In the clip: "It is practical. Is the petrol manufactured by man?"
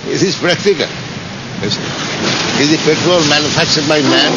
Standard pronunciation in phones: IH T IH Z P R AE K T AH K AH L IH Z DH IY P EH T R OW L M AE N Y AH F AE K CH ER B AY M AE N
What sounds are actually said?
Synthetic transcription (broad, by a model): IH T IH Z P R AE K T AH K AH L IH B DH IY P EH T R OW L M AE N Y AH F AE K CH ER B AY M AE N